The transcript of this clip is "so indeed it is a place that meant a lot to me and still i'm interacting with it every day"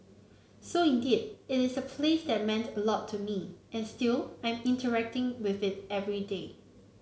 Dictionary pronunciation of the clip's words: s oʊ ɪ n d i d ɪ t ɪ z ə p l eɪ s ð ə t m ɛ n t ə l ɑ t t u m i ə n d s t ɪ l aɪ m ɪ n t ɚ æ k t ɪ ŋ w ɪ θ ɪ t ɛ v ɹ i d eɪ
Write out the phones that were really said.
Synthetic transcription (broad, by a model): s oʊ ɪ n d i d ɪ t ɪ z ə p l eɪ s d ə t m ɛ n t ə l ɑ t t u m i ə n s t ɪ l aɪ m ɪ n t ɚ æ k t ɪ ŋ w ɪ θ ɪ t ɛ v ɹ i d eɪ